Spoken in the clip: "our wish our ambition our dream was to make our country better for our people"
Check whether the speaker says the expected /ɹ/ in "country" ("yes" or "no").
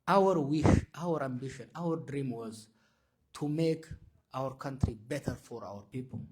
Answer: yes